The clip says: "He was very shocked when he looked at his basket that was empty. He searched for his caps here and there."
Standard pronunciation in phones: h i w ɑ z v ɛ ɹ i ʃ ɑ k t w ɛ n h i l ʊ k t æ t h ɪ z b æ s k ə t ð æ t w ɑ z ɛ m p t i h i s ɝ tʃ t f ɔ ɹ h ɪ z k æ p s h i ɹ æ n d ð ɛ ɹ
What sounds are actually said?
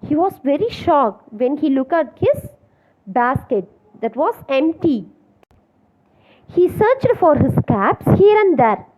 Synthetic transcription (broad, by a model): h i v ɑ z v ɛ ɹ i ʃ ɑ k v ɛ n h i l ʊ k æ t h ɪ z b æ s k ə t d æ t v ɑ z ɛ m p t i h i s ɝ tʃ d f ɔ ɹ h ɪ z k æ p s h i ɹ æ n d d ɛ ɹ